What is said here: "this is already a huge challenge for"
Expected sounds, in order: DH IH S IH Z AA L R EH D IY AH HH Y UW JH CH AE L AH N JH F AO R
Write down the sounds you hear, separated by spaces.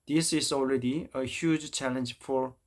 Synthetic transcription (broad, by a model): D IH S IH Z AA L R EH D IY AH HH Y UW JH CH AE L AH N JH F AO R